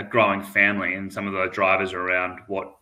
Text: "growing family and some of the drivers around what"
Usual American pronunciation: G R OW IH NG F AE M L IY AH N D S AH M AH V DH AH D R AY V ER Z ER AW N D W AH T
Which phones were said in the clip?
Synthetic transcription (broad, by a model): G R OW IH NG F AE M L IY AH N S AH M AH V DH AH D R AY V ER Z ER AW N D W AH T